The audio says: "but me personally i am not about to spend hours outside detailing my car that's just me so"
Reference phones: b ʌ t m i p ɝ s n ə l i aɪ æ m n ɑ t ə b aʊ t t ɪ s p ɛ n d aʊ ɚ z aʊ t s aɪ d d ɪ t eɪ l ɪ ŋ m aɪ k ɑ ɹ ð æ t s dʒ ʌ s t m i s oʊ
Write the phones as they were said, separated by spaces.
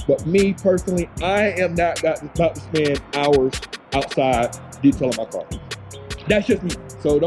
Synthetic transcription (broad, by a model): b ʌ t m i p ɝ s n l i aɪ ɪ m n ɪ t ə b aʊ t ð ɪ s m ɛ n aʊ ɚ z aʊ t s aɪ d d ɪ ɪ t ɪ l m aɪ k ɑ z ð æ t s dʒ ʌ s t m i s oʊ